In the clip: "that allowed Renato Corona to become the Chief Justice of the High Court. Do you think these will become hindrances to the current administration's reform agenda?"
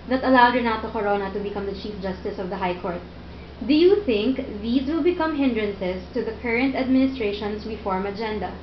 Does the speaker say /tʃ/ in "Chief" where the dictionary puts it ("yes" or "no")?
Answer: yes